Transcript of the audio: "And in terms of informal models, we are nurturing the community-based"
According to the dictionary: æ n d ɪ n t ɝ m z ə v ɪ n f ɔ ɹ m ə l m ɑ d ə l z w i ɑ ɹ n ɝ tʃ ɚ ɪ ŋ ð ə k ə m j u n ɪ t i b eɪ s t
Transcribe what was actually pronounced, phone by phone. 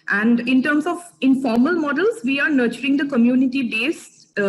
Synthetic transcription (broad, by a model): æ n d ɪ n t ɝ m s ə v ɪ n f ɔ ɹ m ə l m ɑ d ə l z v i ɑ ɹ n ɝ tʃ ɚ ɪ ŋ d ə k ə m j u n ɪ t i b eɪ s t